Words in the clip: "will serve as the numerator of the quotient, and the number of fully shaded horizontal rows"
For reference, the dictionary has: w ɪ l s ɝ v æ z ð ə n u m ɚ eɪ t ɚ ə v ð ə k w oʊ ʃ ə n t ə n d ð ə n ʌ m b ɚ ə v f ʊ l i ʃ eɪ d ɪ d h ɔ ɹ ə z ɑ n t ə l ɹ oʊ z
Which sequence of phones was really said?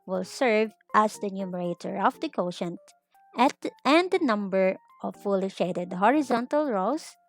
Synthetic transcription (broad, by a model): w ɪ l s ɝ v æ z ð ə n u m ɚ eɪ t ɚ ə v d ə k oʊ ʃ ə n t ə n d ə n ʌ m b ɚ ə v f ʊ l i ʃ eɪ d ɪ d h ɔ ɹ ə z ɑ n t ə l ɹ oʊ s